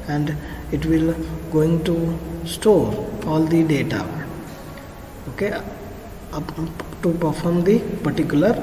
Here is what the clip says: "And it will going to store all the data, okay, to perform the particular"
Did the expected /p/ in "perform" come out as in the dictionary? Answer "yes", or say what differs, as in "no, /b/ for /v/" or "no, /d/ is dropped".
yes